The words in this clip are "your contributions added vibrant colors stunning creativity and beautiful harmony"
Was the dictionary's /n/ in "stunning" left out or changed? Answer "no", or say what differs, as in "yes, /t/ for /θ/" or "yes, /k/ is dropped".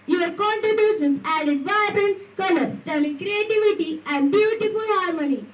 yes, /l/ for /n/